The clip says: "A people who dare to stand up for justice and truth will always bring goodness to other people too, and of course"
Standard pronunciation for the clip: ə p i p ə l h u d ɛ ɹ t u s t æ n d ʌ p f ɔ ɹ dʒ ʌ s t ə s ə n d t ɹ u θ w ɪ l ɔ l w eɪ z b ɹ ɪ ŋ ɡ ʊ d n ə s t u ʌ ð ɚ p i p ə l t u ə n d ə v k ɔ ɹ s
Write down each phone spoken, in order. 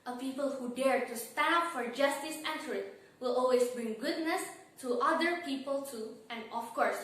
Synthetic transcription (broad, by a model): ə p i p ə l h u d ɛ ɹ t u s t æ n ʌ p f ɔ ɹ dʒ ʌ s t ə s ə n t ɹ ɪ t w ɪ l ɔ l w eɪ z b ɹ ɪ ŋ ɡ ʊ d n ə s t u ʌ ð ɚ p i p ə l t u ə n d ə f k ɔ ɹ s